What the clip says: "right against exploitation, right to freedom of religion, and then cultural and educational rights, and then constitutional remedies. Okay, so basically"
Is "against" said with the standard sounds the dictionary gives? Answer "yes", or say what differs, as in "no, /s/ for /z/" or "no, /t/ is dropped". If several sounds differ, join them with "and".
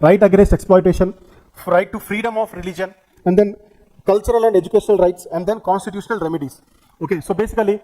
no, /n/ is dropped